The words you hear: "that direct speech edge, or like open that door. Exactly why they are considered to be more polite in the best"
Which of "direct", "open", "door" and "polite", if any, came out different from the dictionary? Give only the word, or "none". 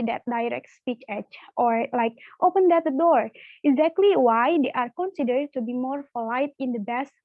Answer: polite